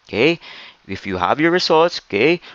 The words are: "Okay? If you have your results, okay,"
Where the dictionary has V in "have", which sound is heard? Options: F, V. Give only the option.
V